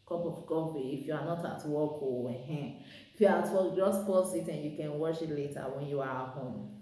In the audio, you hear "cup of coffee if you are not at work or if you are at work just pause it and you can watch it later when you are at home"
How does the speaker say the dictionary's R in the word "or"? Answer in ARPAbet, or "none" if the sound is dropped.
W